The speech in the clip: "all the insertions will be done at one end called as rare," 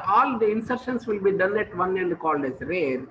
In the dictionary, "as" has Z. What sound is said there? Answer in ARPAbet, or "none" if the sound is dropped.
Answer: S